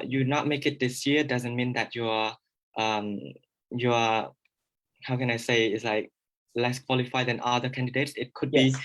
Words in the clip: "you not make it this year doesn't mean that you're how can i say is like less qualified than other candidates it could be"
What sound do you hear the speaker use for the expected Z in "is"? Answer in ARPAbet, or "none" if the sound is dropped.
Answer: S